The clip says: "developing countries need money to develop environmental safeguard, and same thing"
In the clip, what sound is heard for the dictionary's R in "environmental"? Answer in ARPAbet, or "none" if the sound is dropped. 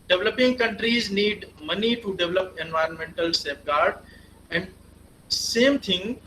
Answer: R